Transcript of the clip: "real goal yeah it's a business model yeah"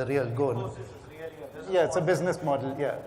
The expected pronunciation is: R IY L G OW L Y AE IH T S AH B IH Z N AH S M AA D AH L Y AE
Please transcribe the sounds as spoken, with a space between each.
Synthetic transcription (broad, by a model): R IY L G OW N Y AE IH T S AH B IH Z N AH S M AA D AH L Y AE